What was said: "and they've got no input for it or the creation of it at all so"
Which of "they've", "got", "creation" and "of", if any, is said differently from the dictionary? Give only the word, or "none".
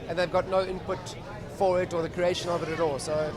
none